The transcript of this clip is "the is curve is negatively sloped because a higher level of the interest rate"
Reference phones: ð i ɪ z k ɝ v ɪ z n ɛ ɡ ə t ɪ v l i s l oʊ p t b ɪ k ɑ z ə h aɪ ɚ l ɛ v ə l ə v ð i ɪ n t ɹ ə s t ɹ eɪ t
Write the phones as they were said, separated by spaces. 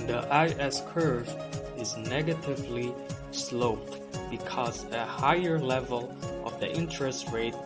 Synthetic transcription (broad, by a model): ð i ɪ s k ɝ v ɪ z n ɛ ɡ ə t ɪ v l i s l oʊ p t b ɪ k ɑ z ə h aɪ ɚ l ɛ v ə l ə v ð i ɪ n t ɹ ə s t ɹ eɪ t